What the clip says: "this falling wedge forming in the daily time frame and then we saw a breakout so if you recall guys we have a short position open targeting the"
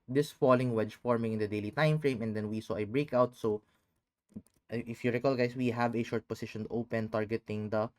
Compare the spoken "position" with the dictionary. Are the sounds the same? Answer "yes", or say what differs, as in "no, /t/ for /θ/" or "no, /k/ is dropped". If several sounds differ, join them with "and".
no, /s/ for /z/